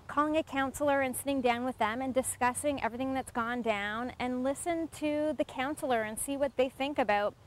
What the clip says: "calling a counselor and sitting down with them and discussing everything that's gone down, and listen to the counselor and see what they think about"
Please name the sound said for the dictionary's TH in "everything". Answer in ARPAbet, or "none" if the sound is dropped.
TH